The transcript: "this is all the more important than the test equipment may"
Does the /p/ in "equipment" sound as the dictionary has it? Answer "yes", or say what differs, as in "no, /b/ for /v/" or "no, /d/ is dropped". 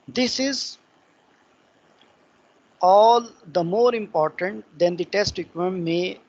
no, /p/ is dropped